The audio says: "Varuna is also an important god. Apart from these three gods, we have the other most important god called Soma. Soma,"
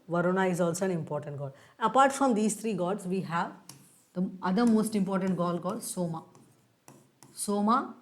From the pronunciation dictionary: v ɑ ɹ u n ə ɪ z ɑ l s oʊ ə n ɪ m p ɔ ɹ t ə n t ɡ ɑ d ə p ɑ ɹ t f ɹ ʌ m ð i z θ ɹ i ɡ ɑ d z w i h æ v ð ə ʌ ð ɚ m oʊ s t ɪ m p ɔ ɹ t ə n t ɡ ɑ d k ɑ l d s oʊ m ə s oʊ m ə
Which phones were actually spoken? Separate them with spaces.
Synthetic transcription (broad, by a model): v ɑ ɹ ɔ n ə ɪ z ɑ l s oʊ ə n ɪ m p ɔ ɹ t ə n t ɡ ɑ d ə p ɑ ɹ t f ɹ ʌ m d i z t ɹ i ɡ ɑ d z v i h æ v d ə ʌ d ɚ m oʊ s t ɪ m p ɔ ɹ t ə n t ɡ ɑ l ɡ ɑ d s oʊ m ə s oʊ m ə